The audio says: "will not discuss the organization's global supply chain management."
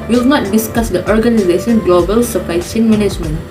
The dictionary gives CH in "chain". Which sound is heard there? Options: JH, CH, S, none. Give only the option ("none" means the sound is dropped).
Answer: S